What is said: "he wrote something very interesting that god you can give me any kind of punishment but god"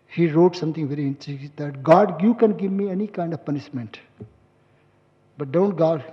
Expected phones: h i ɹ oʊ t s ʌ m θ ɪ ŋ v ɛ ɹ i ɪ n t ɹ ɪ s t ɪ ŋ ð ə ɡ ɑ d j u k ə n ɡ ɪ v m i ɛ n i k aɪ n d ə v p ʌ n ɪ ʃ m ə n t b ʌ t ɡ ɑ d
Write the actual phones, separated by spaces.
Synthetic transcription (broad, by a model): h i ɹ oʊ t s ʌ m t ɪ ŋ v ɛ ɹ i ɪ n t ɪ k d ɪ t ɡ ɑ d j u k ə n ɡ ɪ v m i ɛ n i k aɪ n d ə v p ʌ n ɪ ʃ m ə n t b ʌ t ɡ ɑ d